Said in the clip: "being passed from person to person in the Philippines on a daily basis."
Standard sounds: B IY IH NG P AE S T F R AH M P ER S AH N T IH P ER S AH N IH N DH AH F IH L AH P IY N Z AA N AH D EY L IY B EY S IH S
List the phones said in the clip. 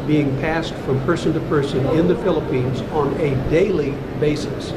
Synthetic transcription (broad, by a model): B IY IH NG P AE S T F R AH M P ER S AH N T IH P ER S AH N IH N DH AH F IH L AH P IY N Z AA N AH D EY L IY B EY S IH S